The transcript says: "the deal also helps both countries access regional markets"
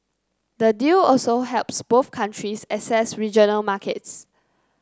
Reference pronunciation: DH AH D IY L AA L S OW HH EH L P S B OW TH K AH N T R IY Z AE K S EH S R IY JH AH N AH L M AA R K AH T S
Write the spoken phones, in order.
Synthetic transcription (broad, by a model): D AH D IY L AA L S OW HH EH L P S B OW TH K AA N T R IY S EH S EH S R IY JH AH N AH L M AA K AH T S